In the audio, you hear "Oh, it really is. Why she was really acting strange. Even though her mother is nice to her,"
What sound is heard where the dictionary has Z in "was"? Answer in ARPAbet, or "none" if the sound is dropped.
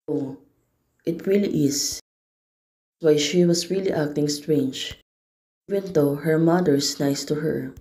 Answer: S